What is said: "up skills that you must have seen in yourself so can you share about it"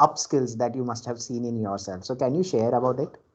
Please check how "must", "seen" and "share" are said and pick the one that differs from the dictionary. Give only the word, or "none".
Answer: none